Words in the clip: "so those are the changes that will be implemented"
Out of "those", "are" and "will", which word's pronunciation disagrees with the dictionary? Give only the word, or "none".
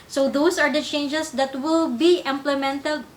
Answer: those